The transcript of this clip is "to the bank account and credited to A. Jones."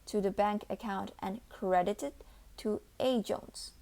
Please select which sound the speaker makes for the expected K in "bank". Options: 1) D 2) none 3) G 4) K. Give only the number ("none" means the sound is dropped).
4